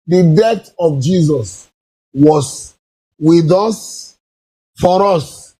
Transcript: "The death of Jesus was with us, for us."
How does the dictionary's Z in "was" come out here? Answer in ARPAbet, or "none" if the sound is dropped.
S